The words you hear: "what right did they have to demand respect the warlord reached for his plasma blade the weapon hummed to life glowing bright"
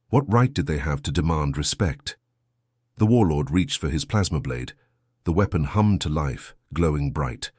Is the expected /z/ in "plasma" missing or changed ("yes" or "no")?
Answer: no